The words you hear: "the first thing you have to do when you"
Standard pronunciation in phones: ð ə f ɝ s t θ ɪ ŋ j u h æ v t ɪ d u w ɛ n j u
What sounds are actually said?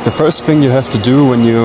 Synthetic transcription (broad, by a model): ð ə f ɝ s t θ ɪ ŋ j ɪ h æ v t ɪ d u w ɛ n j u